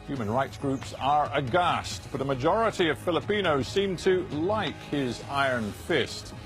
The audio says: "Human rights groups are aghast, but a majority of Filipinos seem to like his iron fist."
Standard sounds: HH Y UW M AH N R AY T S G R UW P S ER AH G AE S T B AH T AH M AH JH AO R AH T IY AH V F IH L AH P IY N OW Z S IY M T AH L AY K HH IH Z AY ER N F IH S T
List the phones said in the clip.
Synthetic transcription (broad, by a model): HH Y UW M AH N R AY T S G R UW P S ER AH G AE S T B AH T AH M AH JH AO R AH T IY AH V F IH L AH P IY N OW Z S IY M T AH L AY K HH IH Z AY ER N F IH S T